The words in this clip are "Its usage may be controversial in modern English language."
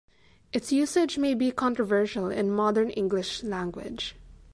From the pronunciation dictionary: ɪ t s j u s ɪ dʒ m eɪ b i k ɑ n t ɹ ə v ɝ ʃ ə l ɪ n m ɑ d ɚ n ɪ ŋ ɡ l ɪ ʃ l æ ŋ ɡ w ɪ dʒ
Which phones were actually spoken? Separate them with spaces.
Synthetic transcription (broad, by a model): ɪ t s j u s ɪ dʒ m eɪ b i k ɑ n t ɹ ə v ɝ ʃ ə l ɪ n m ɑ d ɚ n ɪ ŋ ɡ l ɪ ʃ l æ ŋ ɡ w ɪ dʒ